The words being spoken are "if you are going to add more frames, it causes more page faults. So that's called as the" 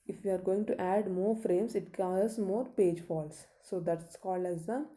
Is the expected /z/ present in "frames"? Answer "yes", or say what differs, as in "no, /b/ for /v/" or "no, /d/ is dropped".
no, /s/ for /z/